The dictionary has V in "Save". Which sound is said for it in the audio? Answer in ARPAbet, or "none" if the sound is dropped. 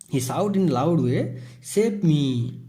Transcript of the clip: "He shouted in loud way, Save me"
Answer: P